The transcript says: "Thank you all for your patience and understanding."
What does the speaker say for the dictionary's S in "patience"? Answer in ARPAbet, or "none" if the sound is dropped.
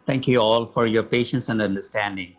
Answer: S